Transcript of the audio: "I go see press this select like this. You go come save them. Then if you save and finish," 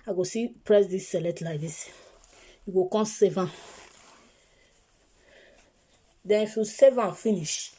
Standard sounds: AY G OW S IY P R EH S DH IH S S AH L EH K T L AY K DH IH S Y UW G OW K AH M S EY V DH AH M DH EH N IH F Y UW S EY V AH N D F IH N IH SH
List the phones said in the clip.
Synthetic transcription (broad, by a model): AY G OW S IY P R EH S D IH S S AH L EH T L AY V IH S Y UW G OW K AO S EY V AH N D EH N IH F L S EY V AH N F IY N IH SH